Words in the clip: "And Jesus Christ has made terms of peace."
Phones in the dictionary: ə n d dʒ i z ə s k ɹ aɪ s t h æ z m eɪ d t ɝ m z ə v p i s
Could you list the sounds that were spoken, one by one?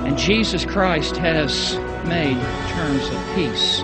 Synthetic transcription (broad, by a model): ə n dʒ i z ə s k ɹ aɪ s t h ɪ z m eɪ d t ɝ m z ə v p i s